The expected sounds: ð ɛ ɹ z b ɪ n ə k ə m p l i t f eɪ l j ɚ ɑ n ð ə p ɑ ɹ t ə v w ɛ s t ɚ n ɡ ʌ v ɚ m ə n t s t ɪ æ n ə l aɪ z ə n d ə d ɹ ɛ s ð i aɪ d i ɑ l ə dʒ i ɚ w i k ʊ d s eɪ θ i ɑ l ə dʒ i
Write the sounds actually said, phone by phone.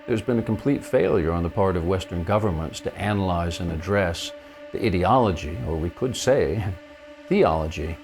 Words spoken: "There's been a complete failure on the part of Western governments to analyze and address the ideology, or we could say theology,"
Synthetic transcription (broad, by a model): ð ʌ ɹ z b ɪ n ə k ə m p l i t f eɪ l j ɚ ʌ n ð ə p ɑ ɹ t ə v w ɛ s t ɚ n ɡ ʌ v ɚ m ə n t s t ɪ æ n ə l aɪ z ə n ə d ɹ ɛ s ð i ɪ d i ɑ l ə dʒ i ɚ w i k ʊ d s eɪ θ i ɑ l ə dʒ i